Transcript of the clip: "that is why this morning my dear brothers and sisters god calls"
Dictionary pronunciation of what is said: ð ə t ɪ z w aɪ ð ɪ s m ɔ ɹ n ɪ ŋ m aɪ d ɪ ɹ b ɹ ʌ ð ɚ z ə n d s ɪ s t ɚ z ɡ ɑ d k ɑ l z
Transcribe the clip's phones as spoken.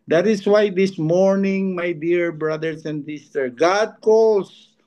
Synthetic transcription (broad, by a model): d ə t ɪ s w aɪ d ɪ s m ɔ ɹ n ɪ ŋ m aɪ d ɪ ɹ b ɹ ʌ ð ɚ s ə n d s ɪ s t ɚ ɡ ɑ d k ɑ l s